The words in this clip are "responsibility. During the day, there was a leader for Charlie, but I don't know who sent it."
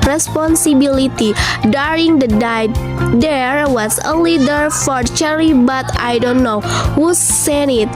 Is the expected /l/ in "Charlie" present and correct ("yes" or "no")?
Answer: no